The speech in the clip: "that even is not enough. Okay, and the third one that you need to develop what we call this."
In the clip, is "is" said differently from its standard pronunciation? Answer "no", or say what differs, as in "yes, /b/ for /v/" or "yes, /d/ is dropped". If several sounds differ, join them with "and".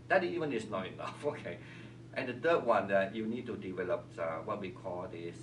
yes, /s/ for /z/